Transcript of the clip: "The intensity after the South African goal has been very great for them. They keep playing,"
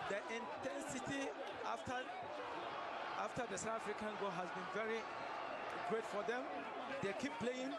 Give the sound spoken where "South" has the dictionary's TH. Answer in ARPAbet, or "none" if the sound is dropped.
S